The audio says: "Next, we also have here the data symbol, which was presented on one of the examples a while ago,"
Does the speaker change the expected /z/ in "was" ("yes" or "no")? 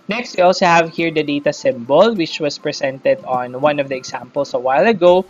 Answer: yes